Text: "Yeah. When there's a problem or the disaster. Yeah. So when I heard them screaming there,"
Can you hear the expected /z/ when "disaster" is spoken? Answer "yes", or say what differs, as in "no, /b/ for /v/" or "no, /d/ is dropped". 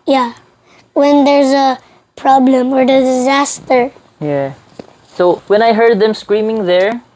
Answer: yes